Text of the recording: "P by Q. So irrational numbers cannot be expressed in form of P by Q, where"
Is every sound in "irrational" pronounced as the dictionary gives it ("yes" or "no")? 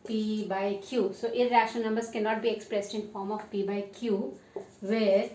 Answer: no